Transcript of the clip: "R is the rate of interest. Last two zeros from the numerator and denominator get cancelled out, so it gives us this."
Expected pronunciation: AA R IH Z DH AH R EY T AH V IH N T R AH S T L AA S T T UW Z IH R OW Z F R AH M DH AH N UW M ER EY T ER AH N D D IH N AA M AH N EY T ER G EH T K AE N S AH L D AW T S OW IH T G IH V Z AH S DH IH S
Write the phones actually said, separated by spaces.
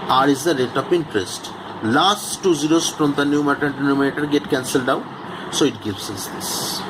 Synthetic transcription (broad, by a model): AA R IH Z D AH R EY T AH P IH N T R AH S T L AA S T T UW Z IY R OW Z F R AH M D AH N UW M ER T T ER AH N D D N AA M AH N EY T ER G EH T K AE N S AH L D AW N S OW IH T G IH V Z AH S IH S